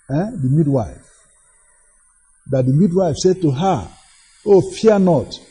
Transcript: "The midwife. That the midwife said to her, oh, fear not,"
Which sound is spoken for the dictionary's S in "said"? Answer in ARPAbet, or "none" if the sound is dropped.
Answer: S